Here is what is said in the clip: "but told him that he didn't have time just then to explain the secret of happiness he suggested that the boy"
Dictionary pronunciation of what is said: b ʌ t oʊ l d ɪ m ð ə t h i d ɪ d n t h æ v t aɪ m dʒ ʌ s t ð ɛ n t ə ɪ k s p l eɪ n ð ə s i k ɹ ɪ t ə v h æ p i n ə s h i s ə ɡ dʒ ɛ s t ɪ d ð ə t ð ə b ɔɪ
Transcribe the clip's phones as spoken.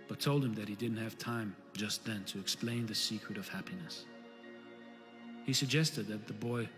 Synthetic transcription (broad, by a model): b ʌ t oʊ l d ɪ m ð ə t h i d ɪ d n t h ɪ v t aɪ m dʒ ʌ s t ð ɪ n t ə ɪ k s p l eɪ n ð ə s i k ɹ ɪ t ə v h æ p i n ə s h i s ə ɡ dʒ ɛ s t ɪ d ð ə t ð ə b ɔɪ